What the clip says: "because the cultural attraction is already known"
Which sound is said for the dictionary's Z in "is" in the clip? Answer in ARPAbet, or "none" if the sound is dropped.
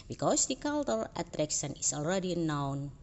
S